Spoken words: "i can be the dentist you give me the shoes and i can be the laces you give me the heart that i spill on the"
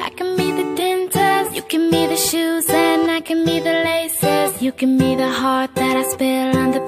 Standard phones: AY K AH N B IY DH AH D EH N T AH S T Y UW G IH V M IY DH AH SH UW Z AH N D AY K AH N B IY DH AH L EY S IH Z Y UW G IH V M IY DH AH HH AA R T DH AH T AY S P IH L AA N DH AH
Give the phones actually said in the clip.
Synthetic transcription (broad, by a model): AY K AH N B IY DH AH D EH N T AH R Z Y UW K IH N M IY DH AH SH UW Z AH N AY K AH N B IY DH AH L EY S IH Z Y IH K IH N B IY DH AH HH AA R T DH AH T AY S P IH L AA N DH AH